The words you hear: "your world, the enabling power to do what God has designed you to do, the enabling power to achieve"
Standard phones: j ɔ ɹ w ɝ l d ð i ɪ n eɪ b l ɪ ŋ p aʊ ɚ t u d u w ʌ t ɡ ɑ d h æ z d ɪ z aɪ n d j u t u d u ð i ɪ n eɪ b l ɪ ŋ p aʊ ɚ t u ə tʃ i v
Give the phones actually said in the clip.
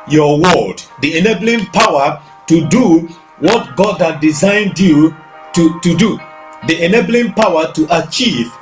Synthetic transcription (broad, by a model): j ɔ w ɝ d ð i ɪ n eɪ b l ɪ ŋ p aʊ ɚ t u d u w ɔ t ɡ ɑ d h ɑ d ɪ z aɪ n d j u t u d u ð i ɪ n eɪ b l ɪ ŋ p aʊ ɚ t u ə tʃ i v